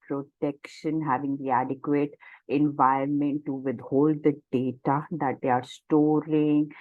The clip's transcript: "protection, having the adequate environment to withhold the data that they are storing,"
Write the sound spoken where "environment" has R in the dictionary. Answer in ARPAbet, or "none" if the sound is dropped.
none